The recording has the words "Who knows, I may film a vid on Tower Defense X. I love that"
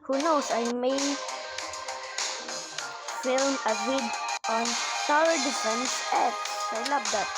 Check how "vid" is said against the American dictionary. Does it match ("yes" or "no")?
no